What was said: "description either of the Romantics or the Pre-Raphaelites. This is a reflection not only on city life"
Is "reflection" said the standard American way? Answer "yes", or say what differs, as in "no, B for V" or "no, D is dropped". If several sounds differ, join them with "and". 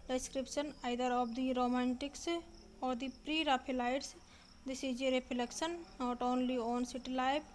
no, P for F